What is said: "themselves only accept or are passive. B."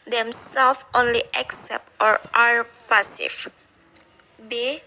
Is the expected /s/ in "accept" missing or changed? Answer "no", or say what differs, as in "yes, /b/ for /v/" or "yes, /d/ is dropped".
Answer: no